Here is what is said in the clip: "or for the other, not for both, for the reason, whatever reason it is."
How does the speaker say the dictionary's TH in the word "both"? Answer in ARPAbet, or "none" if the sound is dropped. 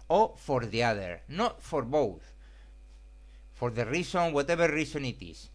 TH